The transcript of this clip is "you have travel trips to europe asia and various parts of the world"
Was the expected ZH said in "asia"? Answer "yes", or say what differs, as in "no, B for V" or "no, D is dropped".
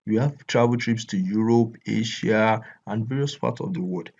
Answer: no, SH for ZH